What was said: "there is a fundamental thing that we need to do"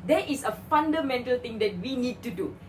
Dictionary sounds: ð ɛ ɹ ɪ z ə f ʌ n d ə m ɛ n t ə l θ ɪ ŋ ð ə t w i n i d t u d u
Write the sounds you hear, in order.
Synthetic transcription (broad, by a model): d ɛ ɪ s ə f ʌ n d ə m ɛ n t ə l t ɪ ŋ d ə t w i n i d t u d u